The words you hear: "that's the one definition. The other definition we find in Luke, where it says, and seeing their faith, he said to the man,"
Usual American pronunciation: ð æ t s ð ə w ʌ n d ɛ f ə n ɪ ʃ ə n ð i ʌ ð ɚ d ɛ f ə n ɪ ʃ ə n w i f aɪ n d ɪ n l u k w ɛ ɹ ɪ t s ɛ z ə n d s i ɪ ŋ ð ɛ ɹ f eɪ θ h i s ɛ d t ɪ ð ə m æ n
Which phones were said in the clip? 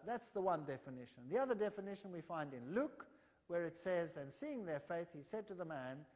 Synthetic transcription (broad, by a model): ð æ t s ð ə w ʌ n d ɛ f ə n ɪ ʃ ə n ð i ʌ ð ɚ d ɛ f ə n ɪ ʃ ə n w i f aɪ n d ɪ n l u k w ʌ ɹ ɪ t s ɛ z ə n s i ɪ ŋ ð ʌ ɹ f eɪ θ h i s ɛ d t ɪ ð ə m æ n